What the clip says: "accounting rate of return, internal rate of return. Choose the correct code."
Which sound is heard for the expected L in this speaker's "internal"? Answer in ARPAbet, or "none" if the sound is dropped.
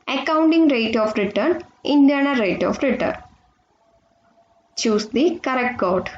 N